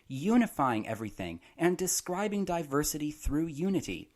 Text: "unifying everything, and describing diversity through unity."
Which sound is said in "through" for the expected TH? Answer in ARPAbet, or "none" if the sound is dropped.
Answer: TH